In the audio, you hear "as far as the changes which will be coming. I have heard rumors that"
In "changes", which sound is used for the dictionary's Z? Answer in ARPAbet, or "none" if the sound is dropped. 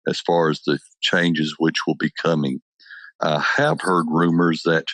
Z